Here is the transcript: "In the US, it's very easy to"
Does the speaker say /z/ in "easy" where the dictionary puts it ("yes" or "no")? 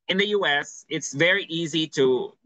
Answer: yes